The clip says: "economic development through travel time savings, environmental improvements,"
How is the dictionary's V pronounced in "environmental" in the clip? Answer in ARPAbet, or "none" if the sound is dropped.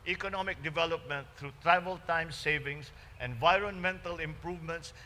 V